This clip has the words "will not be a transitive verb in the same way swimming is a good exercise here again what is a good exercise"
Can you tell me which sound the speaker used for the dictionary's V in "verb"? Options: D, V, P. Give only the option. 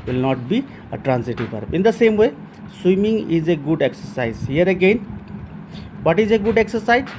P